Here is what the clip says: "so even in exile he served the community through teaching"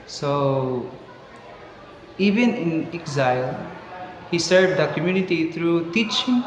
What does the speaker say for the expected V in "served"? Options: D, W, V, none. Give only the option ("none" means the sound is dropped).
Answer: none